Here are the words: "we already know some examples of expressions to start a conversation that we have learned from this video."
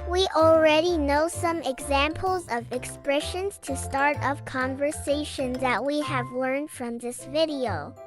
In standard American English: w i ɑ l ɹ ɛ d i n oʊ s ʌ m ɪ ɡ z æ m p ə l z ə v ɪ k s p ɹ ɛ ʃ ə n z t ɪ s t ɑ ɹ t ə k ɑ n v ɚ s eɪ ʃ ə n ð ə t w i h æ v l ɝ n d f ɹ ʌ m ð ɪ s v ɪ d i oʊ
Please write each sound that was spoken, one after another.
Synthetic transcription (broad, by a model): w i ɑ l ɹ ɛ d i n oʊ s ʌ m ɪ ɡ z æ m p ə l z ə v ɪ k s p ɹ ɛ ʃ ə n z t ɪ s t ɑ ɹ t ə k ɑ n v ɚ s eɪ ʃ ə n ð ə t w i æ v l ɝ n d f ɹ ʌ m ð ɪ s v ɪ d i oʊ